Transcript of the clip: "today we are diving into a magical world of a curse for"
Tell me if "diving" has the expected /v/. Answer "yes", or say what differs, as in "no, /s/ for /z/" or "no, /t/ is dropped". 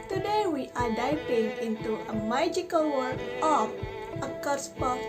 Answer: no, /p/ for /v/